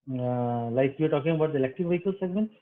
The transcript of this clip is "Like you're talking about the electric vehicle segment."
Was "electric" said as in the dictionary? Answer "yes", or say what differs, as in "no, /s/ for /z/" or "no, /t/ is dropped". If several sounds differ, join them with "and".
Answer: no, /ɹ/ is dropped